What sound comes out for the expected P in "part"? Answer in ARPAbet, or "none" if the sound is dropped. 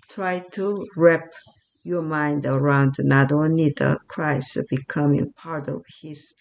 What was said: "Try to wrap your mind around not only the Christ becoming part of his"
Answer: P